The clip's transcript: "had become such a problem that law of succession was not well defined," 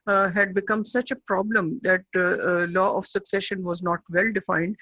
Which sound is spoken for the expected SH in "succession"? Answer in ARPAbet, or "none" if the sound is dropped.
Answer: SH